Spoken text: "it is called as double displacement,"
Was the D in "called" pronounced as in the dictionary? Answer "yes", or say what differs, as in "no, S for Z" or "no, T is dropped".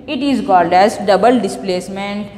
yes